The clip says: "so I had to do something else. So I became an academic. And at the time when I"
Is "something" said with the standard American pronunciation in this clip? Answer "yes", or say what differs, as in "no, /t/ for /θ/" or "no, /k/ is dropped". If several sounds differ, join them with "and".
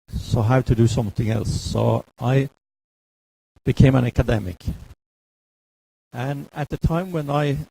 yes